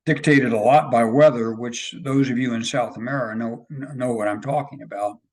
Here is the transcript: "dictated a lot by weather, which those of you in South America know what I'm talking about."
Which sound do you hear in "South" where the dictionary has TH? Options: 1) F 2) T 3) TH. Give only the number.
3